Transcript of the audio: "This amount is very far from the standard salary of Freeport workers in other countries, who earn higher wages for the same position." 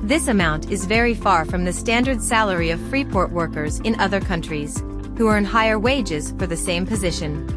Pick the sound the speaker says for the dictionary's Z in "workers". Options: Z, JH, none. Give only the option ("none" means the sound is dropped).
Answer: Z